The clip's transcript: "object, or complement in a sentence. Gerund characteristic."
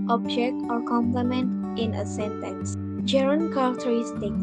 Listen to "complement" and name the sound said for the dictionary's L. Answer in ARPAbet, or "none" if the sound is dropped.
L